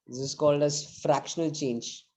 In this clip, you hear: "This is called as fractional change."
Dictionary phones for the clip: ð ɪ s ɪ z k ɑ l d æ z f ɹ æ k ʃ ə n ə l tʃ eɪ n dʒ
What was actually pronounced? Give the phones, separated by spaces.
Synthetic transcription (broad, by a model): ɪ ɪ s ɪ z k ɑ l d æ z f ɹ æ k ʃ ə n ə l tʃ eɪ n dʒ